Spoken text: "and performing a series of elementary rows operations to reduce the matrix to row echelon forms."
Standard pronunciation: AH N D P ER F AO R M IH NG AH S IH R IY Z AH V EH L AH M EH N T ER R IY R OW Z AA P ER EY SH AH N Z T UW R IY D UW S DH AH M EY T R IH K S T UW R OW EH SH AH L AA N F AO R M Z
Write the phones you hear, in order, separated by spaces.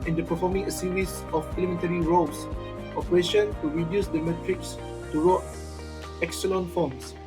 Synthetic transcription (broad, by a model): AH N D P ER F AO M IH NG AH S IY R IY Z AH P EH L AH M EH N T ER R IY R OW S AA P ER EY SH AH N T UW R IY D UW S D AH M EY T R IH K S T UW R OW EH S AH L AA N F AO M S